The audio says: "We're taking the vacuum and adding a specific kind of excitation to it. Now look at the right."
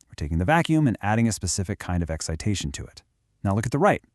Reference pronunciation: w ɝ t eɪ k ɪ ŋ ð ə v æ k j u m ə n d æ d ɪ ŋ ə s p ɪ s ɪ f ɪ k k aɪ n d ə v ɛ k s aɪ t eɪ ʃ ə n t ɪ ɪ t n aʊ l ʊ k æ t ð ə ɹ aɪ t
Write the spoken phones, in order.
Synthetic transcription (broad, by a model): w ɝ t eɪ k ɪ ŋ ð ə v æ k j u m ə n æ d ɪ ŋ ə s p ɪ s ɪ f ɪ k k aɪ n d ə v ɛ k s aɪ t eɪ ʃ n t ɪ ɪ t n aʊ l ʊ k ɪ t ð ə ɹ aɪ t